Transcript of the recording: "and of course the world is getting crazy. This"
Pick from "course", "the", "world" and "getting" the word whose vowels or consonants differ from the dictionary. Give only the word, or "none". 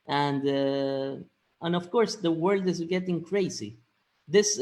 none